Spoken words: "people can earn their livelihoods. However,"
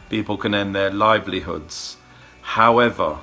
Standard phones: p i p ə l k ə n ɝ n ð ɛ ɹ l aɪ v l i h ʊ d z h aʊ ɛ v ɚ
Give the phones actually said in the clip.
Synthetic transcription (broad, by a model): p i p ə l k ə n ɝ n ð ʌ l aɪ v l i h ʊ d z h aʊ ɛ v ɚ